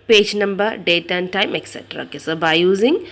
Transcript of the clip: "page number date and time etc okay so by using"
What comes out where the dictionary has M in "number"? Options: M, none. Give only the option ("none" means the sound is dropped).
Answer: M